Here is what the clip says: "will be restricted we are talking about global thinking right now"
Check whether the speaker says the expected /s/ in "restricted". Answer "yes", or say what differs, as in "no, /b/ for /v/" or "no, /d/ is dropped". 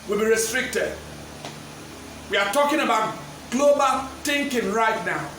yes